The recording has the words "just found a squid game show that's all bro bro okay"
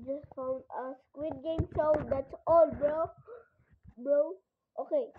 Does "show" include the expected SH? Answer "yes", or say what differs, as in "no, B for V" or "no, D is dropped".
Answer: no, S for SH